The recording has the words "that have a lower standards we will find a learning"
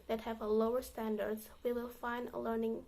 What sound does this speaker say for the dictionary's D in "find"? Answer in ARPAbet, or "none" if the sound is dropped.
D